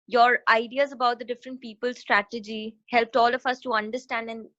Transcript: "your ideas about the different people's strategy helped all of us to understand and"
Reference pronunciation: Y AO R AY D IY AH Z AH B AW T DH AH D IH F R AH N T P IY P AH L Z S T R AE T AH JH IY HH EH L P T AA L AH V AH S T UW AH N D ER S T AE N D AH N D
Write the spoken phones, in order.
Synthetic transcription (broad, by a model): Y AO R AY D IY AH Z AH B AW T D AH D IH F R AH N T P IY P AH L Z S T R AE T AH JH IY HH EH L P T AA L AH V AH S T UW AH N D ER S T AE N D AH N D